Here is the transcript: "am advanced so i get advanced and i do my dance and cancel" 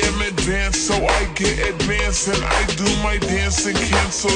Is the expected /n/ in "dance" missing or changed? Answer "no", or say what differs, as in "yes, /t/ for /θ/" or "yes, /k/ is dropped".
no